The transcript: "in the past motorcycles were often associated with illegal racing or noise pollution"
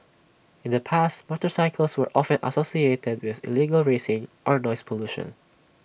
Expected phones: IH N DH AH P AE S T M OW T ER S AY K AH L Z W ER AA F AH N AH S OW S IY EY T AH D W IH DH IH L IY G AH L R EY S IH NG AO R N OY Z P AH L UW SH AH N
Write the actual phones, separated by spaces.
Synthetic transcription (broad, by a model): IH N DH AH P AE S T M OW T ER S AY K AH L S W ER AA F AH N AH S OW S IY EY T AH D W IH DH IH L IY G AH L R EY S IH NG AO R N OY S P AH L UW SH AH N